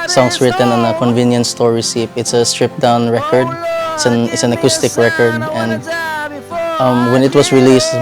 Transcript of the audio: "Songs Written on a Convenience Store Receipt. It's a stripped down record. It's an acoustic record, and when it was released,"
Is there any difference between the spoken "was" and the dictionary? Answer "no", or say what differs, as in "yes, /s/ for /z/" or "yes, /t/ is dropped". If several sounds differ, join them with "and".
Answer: yes, /s/ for /z/